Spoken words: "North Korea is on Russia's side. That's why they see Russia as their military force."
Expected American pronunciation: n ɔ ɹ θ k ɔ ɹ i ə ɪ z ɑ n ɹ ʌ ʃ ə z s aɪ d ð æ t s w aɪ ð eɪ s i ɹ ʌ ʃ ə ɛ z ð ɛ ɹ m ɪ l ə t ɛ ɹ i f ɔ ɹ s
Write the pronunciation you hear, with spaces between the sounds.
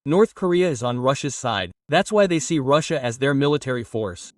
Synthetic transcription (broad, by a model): n ɔ ɹ θ k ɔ ɹ i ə ɪ z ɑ n ɹ ʌ ʃ ə z s aɪ d ð æ t s w aɪ ð eɪ s i ɹ ʌ ʃ ə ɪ z ð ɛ ɹ m ɪ l ə t ɛ ɹ i f ɔ ɹ s